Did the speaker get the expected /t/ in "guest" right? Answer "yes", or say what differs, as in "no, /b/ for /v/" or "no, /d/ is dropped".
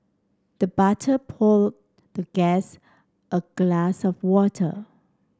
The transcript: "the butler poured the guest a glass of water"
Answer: yes